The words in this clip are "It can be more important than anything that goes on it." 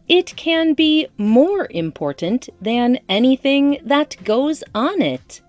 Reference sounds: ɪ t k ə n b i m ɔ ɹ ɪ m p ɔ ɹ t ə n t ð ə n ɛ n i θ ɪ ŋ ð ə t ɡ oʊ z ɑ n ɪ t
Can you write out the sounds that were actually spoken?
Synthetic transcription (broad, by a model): ɪ t k ə n b i m ɔ ɹ ɪ m p ɔ ɹ t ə n ð ə n ɛ n i θ ɪ ŋ ð ə t ɡ oʊ z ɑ n ɪ t